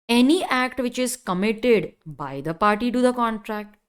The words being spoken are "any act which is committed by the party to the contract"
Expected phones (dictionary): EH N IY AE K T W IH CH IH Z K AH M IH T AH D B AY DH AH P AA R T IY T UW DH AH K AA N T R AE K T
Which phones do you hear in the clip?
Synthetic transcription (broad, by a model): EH N IY AE K T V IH CH IH Z K AH M IH T AH D B AY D AH P AA R T IY T UW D AH K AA N T R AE K T